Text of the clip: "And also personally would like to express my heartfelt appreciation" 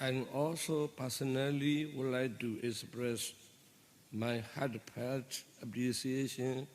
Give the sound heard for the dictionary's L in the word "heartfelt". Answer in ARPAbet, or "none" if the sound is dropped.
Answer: none